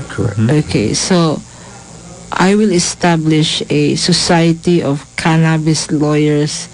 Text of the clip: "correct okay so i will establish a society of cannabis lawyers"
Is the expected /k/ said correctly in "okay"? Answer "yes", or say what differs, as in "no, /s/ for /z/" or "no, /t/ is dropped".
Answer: yes